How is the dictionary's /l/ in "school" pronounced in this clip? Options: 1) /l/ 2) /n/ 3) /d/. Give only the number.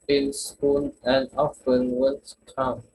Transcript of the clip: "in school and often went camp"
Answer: 2